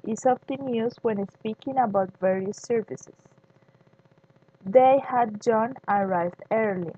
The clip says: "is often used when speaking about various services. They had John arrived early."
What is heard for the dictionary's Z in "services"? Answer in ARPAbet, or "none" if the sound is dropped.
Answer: S